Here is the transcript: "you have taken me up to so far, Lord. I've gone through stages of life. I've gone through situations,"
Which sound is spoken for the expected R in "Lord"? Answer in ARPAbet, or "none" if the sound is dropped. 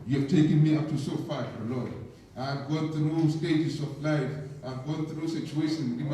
L